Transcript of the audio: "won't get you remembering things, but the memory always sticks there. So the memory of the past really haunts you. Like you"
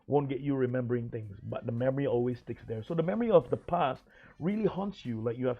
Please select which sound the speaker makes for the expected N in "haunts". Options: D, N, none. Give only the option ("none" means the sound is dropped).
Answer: N